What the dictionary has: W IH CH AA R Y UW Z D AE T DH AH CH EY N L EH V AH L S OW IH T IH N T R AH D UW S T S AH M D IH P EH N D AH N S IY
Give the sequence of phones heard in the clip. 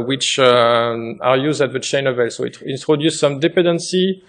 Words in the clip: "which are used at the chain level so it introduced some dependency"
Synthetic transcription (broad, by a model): W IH CH AA R Y UW Z D AE T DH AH CH EY N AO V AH L S OW IH T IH N T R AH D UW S S AH M D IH P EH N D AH N S IY